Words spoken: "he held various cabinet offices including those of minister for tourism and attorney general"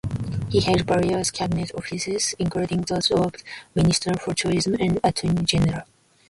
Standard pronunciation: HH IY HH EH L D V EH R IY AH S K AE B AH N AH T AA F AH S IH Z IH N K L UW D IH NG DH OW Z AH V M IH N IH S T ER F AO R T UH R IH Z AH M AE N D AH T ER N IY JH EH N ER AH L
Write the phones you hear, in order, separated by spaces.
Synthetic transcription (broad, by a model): HH IY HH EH D B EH R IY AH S K AE B AH N AH T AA F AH S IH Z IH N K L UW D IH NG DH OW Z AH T M IH N IH S T ER F AO R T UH R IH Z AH M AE N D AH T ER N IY JH EH N ER AH L